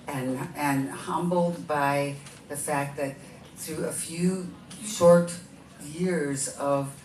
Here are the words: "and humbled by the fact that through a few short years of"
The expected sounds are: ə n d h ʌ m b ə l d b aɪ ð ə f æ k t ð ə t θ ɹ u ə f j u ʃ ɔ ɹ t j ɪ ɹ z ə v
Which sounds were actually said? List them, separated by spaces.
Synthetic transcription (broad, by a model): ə n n h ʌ m b l d b aɪ ð ə f æ k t ð ə t θ ɹ u ə f j u ʃ ɔ ɹ t j ɪ ɹ z ə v